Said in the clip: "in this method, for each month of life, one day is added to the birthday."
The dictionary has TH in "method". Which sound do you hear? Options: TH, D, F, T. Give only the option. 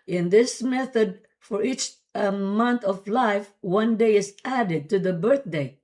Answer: TH